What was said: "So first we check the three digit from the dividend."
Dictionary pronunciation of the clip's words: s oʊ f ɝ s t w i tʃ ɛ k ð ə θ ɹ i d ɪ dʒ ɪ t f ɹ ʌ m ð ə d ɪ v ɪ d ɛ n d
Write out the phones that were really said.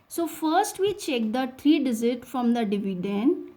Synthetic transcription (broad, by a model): s oʊ f ɝ s t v i tʃ ɛ k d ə t ɹ i d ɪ z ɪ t f ɹ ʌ m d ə d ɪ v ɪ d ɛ n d